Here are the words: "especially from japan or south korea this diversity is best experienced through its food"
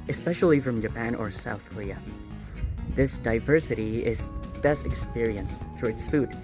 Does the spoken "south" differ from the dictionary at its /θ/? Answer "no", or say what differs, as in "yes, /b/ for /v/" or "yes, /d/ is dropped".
no